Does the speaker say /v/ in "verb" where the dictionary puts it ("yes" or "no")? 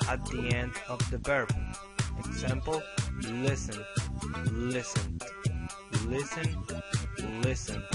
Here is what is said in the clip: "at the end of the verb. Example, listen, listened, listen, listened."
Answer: no